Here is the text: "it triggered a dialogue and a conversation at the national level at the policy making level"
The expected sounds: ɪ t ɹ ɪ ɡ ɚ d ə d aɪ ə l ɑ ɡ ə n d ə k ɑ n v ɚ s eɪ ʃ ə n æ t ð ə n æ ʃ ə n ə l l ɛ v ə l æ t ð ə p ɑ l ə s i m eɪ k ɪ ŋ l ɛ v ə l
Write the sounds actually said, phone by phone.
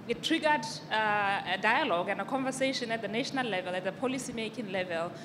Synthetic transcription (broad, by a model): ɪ t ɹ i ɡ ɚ d d aɪ ə l ɑ ɡ ə n d ə k ɑ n v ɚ s eɪ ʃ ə n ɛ t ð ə n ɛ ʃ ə n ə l l ɛ v ə l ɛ t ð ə p ɑ l ə s i m eɪ k ɪ ŋ l ɛ v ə l